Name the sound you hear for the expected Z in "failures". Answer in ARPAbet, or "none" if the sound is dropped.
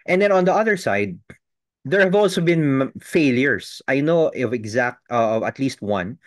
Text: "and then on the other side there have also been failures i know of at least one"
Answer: S